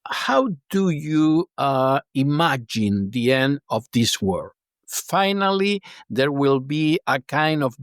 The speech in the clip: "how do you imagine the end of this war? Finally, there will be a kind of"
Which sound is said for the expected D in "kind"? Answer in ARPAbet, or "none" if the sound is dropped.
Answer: D